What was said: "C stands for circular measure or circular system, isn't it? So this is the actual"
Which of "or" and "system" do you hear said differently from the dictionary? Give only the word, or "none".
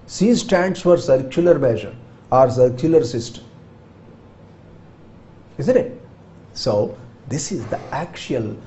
none